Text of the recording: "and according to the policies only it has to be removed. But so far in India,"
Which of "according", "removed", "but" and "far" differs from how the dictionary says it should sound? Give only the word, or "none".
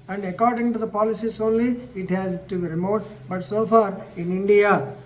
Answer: removed